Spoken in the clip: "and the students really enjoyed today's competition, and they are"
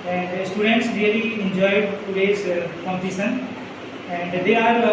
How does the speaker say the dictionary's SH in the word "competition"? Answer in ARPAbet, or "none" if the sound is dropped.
S